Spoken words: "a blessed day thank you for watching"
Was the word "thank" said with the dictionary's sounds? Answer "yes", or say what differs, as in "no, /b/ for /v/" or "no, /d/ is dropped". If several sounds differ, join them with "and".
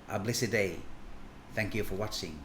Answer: yes